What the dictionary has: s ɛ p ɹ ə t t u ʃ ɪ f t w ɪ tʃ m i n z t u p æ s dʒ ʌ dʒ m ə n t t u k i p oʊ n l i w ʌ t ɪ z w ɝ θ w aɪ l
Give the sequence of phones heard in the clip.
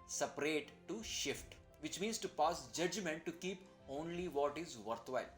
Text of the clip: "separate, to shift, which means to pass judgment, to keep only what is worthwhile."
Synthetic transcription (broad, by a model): s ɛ p ɹ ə t t u ʃ ɪ f t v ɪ tʃ m i n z t u p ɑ s dʒ ʌ dʒ m ə n t t u k i p oʊ n l i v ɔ t ɪ z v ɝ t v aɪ l